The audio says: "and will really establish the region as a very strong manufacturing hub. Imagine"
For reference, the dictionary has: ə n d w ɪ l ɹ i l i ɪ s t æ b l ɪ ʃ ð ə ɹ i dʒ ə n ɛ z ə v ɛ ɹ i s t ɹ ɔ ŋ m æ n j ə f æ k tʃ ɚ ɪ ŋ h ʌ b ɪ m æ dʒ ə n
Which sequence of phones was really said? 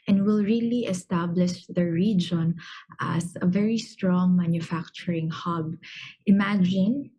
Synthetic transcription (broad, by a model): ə n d w ɪ l ɹ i l i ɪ s t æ b l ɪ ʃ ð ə ɹ i dʒ ə n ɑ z ə v ɛ ɹ i s t ɹ ɔ ŋ m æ n j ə f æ k tʃ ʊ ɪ ŋ h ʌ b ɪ m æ dʒ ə n